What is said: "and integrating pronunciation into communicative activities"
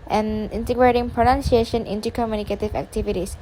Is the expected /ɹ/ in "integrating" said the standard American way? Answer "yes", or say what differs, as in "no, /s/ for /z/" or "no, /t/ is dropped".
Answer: yes